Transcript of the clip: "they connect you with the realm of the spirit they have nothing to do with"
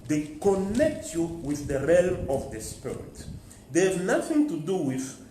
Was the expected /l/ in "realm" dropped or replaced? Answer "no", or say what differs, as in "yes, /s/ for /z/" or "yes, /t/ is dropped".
no